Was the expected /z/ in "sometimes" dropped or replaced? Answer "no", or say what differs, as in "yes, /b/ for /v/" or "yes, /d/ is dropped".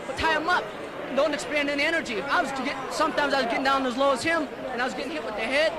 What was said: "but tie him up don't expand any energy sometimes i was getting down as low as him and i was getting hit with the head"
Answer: no